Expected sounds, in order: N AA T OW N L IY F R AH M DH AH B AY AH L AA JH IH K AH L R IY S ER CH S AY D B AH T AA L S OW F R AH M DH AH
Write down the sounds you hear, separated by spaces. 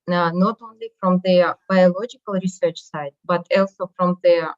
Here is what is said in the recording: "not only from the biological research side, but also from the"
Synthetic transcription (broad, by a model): N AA T OW N L IY F R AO M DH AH B AY AH L AA JH IH K AH L R IY S ER CH S AY D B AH T AA L S OW F R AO M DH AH